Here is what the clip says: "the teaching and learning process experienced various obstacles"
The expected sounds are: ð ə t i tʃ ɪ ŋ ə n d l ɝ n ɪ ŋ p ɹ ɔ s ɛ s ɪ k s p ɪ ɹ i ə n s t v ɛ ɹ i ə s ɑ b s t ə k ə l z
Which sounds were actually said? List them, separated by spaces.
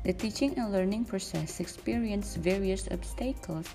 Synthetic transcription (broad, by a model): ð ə t i tʃ ɪ ŋ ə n l ɝ n ɪ ŋ p ɹ ɔ s ɛ s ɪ k s p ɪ ɹ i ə n s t v ɛ ɹ i ə s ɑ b s t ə k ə l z